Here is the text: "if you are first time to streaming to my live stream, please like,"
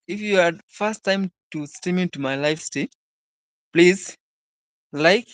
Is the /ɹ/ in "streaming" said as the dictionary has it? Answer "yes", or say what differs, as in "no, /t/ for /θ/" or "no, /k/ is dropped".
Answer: no, /ɹ/ is dropped